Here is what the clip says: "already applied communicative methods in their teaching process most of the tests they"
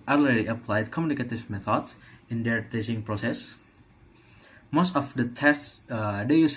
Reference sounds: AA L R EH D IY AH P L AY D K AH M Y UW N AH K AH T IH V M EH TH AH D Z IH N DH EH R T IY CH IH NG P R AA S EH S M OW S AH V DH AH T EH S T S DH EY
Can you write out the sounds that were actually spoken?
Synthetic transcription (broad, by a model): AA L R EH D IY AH P L AY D K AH M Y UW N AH K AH T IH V M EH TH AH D S IH N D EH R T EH S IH NG P R AA S EH S M OW S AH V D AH T EH S T S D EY